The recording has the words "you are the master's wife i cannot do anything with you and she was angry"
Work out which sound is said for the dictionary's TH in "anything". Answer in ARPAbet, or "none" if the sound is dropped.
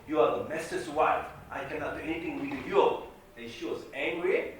T